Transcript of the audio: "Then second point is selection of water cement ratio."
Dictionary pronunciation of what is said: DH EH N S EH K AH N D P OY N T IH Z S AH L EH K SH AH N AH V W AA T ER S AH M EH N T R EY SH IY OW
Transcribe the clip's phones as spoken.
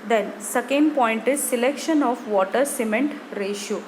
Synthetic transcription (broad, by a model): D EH N S EH K AH N D P OY N T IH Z S AH L EH K SH AH N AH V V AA T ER S AH M EH N T R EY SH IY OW